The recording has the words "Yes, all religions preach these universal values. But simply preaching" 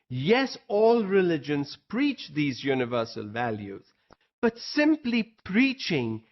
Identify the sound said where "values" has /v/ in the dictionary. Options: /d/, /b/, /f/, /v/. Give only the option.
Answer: /v/